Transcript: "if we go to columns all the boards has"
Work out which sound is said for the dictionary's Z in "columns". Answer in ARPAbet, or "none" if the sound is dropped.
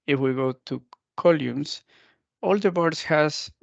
S